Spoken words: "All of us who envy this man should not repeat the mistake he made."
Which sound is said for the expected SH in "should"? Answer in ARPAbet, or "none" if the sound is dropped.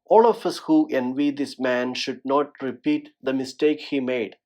SH